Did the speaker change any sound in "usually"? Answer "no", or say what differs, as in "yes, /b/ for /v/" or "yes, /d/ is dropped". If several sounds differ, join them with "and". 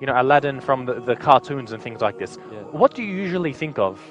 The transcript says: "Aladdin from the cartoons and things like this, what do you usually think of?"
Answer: no